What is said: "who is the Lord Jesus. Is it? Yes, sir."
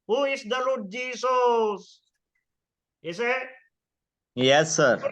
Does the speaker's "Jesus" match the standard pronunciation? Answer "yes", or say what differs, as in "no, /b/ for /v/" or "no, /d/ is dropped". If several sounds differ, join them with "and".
no, /s/ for /z/